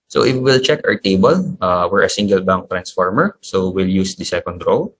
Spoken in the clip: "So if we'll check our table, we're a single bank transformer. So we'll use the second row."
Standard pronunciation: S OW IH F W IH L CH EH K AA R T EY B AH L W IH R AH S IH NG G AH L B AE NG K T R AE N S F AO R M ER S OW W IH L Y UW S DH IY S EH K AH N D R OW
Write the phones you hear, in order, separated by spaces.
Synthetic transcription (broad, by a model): S OW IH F W IH L CH EH K AA R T EY B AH L W IH R AH S IH NG G AH L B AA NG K T R AE N S F AO R M ER S OW W IH L Y UW S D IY S EH K AH N D R OW